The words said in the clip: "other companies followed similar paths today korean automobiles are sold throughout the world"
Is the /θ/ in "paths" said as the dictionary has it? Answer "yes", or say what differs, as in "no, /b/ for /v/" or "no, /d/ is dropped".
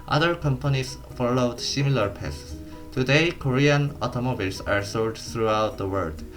no, /s/ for /θ/